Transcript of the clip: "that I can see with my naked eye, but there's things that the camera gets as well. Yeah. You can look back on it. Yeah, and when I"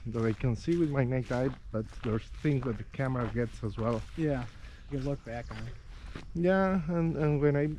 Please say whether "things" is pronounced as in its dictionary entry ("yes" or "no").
yes